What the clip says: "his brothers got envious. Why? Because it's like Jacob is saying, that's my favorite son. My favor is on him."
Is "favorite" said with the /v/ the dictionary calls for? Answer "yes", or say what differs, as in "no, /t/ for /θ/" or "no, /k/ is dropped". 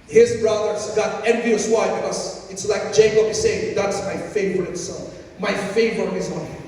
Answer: yes